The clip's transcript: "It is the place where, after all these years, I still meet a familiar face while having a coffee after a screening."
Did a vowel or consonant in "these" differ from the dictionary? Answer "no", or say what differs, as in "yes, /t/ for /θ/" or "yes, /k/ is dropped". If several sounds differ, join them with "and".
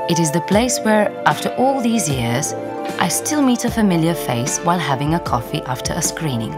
no